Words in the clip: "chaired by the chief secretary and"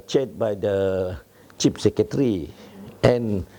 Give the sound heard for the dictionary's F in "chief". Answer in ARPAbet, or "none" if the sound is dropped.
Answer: P